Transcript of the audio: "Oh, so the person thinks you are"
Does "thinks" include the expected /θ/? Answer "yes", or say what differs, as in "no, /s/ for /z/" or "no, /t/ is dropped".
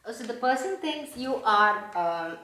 no, /t/ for /θ/